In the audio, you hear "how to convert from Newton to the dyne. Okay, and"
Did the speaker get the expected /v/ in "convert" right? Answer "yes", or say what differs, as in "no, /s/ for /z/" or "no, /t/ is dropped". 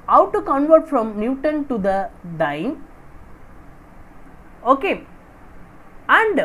yes